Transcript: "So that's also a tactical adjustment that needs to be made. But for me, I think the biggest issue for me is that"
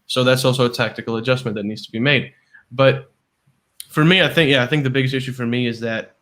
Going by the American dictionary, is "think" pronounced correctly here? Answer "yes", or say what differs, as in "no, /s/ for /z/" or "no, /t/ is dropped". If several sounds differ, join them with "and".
yes